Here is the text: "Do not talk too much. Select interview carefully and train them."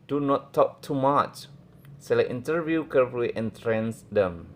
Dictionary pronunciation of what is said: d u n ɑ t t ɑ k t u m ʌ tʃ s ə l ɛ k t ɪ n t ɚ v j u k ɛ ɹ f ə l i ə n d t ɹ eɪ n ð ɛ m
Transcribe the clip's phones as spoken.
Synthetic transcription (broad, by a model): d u n ɑ t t ɑ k t u m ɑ tʃ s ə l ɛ t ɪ n t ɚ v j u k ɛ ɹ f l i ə n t ɹ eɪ n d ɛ m